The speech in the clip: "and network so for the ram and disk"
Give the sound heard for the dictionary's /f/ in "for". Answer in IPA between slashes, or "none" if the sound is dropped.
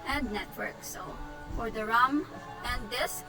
/f/